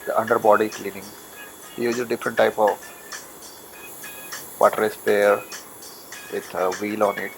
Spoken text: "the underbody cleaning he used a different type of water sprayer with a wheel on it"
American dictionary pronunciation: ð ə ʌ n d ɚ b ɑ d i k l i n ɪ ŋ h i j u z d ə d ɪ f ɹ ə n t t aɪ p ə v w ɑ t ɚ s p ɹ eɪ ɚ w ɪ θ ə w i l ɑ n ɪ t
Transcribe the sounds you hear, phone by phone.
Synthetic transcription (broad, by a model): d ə ʌ n d ɚ b ɑ d i k l i n ɪ ŋ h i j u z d ə d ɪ f ɹ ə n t t aɪ p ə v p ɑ t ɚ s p eɪ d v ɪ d ə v i l ɑ n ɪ t